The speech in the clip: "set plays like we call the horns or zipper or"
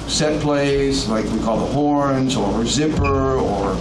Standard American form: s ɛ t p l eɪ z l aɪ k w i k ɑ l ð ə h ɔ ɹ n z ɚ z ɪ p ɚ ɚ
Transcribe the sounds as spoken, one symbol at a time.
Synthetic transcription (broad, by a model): s ɛ t p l eɪ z l aɪ k w i k ɑ l ð ə h ɔ ɹ n z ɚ z ɪ p ɚ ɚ